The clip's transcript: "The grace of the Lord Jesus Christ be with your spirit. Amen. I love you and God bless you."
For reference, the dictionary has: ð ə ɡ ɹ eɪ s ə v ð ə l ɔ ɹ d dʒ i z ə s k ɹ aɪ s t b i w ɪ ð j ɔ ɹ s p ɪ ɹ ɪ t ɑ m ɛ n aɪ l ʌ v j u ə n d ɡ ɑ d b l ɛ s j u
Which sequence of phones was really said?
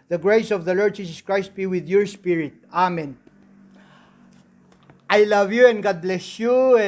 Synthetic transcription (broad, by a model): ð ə ɡ ɹ eɪ s ə v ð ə l ɔ ɹ d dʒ i s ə s k ɹ aɪ s t b i w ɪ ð j ɔ ɹ s p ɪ ɹ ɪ t ɑ m ɛ n aɪ l ʌ v j u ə n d ɡ ɑ d b l ɛ s j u